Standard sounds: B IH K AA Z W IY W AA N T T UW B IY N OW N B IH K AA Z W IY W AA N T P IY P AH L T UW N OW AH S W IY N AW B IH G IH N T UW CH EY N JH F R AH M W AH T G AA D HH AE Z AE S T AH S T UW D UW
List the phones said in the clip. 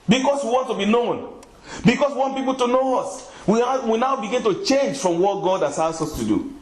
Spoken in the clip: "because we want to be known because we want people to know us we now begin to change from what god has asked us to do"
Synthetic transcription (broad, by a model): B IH K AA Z W IY W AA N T T UW B IY N OW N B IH K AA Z W IY W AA N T P IY P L T UW N OW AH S W IY N AW B IH G IH N T UW CH EY N JH F R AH M W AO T G AA D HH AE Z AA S AH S T UW D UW